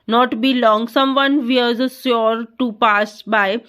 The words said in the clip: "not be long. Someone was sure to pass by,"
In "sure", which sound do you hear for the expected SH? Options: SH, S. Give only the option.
S